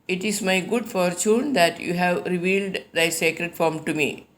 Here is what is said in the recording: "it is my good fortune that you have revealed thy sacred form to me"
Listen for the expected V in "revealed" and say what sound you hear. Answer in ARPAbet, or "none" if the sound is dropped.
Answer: V